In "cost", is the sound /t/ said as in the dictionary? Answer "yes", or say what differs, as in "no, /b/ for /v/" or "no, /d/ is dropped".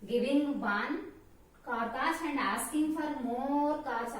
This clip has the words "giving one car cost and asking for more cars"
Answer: no, /t/ is dropped